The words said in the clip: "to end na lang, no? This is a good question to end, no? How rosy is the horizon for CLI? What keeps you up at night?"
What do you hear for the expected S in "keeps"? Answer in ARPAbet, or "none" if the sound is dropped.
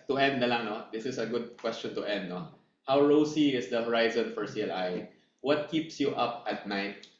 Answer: S